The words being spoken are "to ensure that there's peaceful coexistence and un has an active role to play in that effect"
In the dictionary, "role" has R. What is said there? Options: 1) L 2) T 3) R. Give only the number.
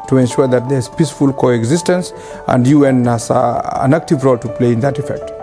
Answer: 3